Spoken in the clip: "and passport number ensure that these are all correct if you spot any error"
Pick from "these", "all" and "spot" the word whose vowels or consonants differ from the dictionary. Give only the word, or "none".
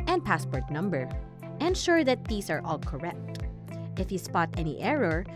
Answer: these